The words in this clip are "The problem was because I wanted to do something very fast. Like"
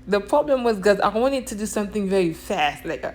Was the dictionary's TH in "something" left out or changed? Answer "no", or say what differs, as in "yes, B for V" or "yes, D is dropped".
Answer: no